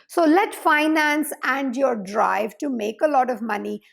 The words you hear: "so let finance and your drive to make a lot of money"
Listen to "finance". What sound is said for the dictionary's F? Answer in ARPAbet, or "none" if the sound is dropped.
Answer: F